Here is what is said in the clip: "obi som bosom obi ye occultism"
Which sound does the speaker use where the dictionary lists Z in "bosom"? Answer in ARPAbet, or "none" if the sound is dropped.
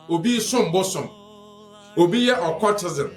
S